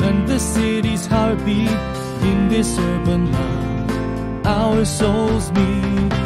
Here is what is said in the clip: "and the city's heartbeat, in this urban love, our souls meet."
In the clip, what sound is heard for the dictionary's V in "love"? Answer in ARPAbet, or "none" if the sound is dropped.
none